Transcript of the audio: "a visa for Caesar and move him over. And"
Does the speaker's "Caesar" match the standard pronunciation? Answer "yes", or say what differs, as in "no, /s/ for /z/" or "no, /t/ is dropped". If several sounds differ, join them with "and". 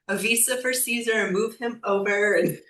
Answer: yes